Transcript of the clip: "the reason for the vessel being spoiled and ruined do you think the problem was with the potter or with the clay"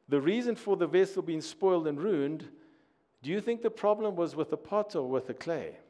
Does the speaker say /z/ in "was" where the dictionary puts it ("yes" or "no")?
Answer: yes